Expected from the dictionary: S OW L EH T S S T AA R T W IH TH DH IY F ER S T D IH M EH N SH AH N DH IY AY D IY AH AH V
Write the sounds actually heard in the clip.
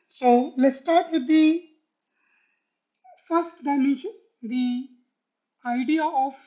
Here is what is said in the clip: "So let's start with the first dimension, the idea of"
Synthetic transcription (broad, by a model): S OW L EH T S S T AA R T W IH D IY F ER S T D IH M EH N AH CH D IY AY D IY AH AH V